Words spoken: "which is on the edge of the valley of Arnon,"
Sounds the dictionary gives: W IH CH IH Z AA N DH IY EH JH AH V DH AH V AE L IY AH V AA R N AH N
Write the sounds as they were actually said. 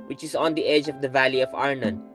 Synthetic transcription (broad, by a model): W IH CH IH Z AA N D IY EH JH AH V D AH V AE L IY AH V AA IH N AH N